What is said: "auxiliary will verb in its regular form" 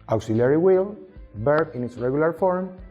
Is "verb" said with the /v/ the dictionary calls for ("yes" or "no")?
no